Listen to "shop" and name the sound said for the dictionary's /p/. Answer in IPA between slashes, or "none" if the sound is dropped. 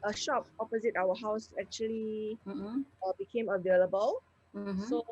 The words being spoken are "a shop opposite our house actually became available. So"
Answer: /p/